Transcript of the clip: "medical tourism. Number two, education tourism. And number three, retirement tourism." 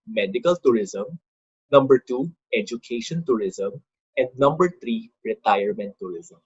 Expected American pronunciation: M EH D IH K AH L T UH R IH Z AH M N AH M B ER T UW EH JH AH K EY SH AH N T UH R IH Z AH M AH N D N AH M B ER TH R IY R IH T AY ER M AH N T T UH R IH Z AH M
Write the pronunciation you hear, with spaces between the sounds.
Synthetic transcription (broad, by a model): M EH D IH K AH L T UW R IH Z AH M N AH M B ER T UW EH JH AH K EY SH AH N T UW R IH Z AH M AH N D N AH M B ER T R IY R IH T AY ER M AH N T T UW R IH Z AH M